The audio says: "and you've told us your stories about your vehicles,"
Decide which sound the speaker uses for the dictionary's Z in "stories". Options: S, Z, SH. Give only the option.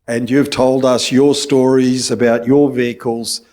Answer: Z